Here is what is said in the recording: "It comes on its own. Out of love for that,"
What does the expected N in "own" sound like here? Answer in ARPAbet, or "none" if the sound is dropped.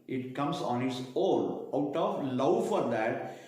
L